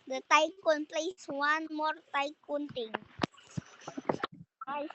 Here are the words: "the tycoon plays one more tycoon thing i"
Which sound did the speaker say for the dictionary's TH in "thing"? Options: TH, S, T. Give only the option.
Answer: T